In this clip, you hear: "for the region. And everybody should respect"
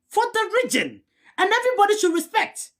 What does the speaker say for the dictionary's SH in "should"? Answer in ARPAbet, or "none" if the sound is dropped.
SH